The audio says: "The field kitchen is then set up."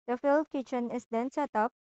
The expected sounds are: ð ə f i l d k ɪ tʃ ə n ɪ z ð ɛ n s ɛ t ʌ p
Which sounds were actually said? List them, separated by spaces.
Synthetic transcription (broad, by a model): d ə f i l d k ɪ tʃ ə n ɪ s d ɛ n s ɛ t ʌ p